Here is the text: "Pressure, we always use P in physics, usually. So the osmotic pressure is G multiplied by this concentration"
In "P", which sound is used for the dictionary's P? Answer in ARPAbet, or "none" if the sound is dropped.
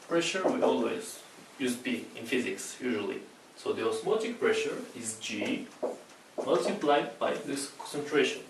B